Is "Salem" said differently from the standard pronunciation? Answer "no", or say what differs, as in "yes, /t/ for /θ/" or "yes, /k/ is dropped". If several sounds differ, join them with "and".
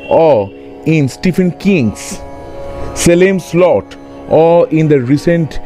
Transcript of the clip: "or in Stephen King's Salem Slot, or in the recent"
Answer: no